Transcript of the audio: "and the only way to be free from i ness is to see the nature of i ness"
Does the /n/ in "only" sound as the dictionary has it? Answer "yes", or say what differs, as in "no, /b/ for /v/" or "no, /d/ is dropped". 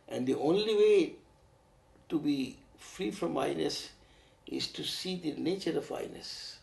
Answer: yes